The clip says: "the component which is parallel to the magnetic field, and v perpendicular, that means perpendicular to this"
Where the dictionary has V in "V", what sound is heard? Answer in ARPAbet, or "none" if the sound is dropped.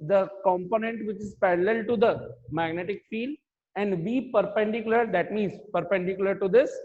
B